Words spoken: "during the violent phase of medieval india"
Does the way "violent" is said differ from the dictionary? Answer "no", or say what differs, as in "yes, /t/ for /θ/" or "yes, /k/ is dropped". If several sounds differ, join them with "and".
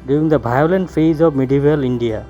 yes, /b/ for /v/